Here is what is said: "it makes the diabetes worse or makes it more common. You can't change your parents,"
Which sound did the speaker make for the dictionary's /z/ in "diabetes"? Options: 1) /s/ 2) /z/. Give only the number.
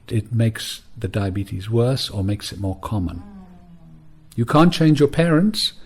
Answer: 2